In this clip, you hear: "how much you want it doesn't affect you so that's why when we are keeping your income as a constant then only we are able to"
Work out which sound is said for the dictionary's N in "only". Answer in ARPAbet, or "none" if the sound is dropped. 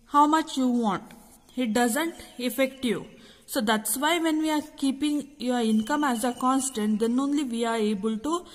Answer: N